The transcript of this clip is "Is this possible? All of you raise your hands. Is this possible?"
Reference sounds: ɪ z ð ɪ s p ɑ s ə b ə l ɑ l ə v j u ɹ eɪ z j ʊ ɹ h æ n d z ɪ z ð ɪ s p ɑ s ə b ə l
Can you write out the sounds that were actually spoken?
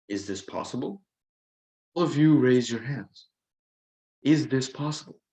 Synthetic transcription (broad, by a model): ɪ z ð ɪ s p ɑ s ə b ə l ɑ l ə v j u ɹ eɪ z j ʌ ɹ h æ n d z ɪ z ð ɪ s p ɑ s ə b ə l